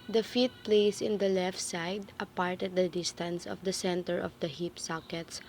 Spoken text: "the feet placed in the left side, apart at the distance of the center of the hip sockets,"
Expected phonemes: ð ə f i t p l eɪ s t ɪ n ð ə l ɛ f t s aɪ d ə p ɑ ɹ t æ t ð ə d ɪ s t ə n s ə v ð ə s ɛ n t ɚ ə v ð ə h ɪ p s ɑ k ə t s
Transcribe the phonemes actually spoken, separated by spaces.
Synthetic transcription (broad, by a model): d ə f i t p l eɪ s ɪ n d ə l ɛ f t s aɪ d ə p ɑ ɹ t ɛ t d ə d ɪ s t ə n s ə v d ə s ɛ n t ɚ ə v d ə h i p s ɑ k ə t s